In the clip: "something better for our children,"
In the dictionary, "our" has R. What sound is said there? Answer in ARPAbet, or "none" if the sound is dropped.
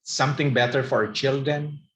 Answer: R